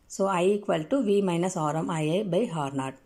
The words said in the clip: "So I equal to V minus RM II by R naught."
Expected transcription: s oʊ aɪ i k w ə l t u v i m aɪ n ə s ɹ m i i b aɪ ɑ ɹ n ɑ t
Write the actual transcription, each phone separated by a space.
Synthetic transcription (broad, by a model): s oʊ aɪ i k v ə l t u v i m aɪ n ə s ɹ m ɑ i b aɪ ɑ ɹ n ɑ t